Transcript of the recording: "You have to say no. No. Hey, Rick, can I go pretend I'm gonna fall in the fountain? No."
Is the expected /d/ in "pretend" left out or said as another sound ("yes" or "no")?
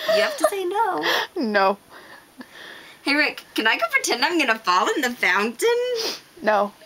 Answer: no